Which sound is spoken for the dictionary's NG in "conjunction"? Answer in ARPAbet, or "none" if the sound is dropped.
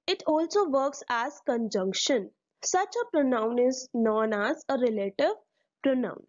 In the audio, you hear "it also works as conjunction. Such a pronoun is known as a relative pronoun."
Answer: NG